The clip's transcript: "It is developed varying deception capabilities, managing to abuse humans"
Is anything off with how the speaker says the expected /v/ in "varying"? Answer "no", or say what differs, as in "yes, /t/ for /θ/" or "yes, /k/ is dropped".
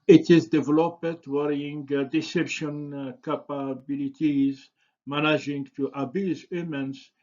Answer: yes, /w/ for /v/